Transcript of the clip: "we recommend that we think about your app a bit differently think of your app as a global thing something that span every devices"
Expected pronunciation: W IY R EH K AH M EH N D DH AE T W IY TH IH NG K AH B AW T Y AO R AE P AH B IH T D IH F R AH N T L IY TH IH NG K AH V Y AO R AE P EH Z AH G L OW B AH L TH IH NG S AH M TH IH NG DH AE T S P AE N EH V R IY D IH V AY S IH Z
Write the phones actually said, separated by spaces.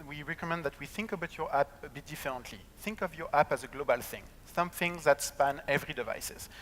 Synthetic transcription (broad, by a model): W IY R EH K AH M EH N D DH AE T W IY TH IH NG K AH B AW T Y AO R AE P AH B IH T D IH F R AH N T L IY TH IH NG K AH V Y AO R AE P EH Z AH G L OW B AH L TH IH NG S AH M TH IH NG DH AE T S P AE N EH V R IY D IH V AY S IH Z